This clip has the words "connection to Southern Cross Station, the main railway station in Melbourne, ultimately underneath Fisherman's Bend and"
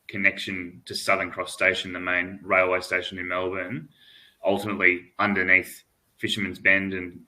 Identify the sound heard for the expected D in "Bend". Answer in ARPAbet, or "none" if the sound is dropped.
D